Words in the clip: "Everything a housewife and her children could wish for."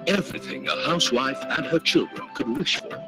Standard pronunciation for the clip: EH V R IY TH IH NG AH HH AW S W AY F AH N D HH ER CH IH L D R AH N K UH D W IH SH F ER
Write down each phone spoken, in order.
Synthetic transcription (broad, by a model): EH V R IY TH IH NG AH HH AW S W AY F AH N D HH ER CH IH L D R AH N K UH D W IH SH F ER